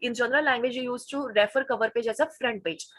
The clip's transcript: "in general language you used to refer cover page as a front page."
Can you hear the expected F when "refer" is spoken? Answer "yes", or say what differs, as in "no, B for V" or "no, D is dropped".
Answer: yes